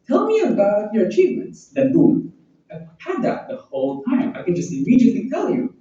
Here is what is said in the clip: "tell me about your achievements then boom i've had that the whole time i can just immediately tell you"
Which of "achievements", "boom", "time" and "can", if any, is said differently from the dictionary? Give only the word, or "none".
boom